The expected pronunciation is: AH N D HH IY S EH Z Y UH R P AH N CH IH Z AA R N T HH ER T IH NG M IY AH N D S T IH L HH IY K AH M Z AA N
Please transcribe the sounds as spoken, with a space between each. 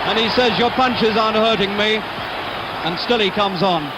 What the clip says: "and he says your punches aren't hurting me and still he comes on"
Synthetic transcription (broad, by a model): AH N IY S EH Z Y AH R P AH N CH IH Z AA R N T HH ER T IH NG M IY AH N S T IH L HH IY K AH M Z N